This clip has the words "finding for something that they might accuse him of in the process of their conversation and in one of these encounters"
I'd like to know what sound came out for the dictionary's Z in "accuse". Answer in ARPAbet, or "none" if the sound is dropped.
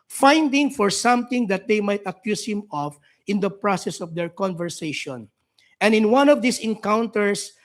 S